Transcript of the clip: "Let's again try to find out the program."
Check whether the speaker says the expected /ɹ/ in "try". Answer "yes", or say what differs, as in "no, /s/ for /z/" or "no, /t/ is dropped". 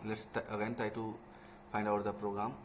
no, /ɹ/ is dropped